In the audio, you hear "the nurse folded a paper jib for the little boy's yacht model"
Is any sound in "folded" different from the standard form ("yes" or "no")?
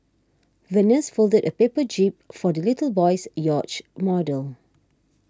no